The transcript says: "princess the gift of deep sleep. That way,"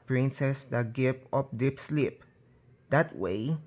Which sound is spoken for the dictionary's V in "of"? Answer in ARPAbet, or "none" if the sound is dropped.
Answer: P